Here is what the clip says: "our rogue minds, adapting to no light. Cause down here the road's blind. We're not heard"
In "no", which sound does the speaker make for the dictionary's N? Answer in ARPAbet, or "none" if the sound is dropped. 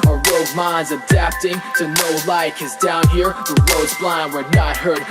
N